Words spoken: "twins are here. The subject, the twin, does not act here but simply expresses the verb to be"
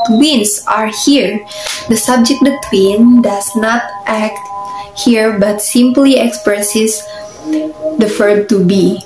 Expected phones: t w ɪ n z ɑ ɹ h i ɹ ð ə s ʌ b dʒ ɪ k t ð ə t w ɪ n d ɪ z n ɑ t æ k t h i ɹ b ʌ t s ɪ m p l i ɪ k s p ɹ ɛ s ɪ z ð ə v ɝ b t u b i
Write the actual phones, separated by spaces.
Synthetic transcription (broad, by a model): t w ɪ n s ɑ ɹ h i ɹ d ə s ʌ b dʒ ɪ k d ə t w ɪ n d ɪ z n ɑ t æ k t h i ɹ b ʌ t s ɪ m p l i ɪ k s p ɹ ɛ s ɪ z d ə f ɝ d t u b i